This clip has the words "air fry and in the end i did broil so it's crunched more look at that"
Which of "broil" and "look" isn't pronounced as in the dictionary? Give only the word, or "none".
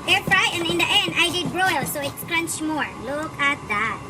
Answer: none